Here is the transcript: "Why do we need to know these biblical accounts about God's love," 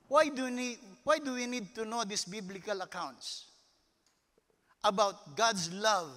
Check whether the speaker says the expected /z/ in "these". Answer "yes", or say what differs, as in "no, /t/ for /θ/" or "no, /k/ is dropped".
no, /s/ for /z/